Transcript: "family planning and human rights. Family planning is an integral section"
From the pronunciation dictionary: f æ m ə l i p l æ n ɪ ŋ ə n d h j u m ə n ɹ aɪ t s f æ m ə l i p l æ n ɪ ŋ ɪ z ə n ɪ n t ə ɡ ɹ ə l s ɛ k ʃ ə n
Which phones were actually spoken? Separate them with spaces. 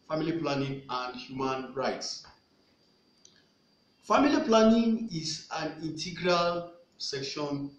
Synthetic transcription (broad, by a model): f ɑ m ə l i p l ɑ n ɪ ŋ ə n d h j u m ə n ɹ aɪ t s f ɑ m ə l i p l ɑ n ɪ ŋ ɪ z ə n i n t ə ɡ ɹ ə l s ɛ k ʃ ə n